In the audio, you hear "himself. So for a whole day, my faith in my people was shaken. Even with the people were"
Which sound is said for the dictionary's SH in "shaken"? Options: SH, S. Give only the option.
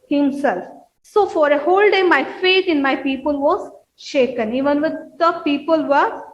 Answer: SH